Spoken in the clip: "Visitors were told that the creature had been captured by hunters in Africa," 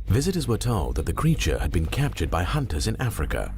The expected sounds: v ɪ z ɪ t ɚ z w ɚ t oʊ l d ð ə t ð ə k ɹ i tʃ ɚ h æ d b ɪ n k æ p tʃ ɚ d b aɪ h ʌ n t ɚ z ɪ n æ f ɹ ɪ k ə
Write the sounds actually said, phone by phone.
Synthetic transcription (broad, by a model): v ɪ z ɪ t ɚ z w ɚ t oʊ l d ð ə t ð ə k ɹ i tʃ ɚ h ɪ d b ɪ n k æ p tʃ ɚ d b aɪ h ʌ n t ɚ z ɪ n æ f ɹ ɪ k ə